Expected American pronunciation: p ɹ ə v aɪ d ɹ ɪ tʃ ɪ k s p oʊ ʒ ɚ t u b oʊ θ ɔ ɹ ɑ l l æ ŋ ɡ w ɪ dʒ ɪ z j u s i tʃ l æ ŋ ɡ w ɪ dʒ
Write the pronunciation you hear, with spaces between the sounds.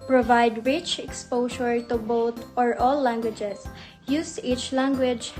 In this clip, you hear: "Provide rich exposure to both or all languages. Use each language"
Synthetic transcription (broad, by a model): p ɹ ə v aɪ d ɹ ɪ tʃ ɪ k s p oʊ ʃ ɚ t u b oʊ t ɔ ɹ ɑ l l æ ŋ ɡ w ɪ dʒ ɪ s j u s i tʃ l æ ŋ ɡ w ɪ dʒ